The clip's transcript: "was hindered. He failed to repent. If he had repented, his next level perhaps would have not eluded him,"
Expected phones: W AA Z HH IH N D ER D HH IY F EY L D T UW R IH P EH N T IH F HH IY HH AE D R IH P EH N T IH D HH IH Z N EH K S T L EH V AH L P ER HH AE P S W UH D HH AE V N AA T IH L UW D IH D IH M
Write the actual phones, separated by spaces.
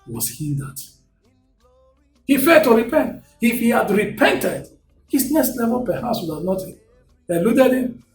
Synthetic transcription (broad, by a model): W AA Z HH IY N D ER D HH IY F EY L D T UW R IH P EH N T IH F HH IY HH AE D R IH P EH N T IH D HH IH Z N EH S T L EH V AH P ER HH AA S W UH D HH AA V N AA T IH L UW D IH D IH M